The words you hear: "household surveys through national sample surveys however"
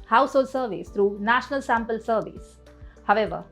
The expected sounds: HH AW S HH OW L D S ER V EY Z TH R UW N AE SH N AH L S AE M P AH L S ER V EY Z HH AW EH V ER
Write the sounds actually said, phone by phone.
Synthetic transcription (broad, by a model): HH AW S HH OW L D S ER V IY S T R UW N AE SH N AH L S AE M P AH L S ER V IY S HH AW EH V ER